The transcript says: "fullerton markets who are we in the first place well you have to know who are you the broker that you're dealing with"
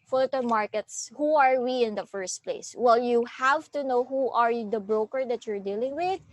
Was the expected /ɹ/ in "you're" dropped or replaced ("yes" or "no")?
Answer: no